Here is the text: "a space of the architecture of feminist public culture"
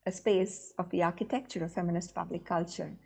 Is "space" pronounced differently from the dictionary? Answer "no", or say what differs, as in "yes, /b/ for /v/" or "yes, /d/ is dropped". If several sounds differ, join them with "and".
no